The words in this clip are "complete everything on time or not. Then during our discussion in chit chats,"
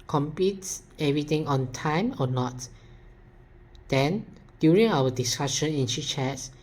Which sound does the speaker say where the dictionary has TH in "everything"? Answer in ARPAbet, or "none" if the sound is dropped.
T